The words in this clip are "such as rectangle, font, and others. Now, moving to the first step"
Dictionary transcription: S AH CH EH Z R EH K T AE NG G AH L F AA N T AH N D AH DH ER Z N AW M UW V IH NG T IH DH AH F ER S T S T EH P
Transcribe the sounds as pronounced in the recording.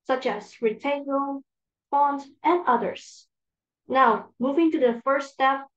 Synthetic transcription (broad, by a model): S AH CH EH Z R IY T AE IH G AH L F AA N T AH N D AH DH ER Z N AW M UW V IH NG T IH DH AH F ER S S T EH P